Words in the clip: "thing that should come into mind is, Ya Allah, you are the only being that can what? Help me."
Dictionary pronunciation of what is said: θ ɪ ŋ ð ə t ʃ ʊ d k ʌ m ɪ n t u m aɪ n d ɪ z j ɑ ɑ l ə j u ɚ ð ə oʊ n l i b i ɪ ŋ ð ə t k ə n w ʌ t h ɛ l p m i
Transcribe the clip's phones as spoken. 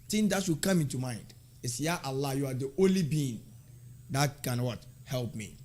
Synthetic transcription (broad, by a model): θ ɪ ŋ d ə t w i k ʌ m ɪ n t u m aɪ n d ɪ s j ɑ ɑ l ə j u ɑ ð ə oʊ n l i b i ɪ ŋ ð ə t k ə n w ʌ t h ɛ l p m i